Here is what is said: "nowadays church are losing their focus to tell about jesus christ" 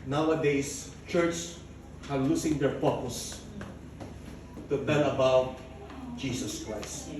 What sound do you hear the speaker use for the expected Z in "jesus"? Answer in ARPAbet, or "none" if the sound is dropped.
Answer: S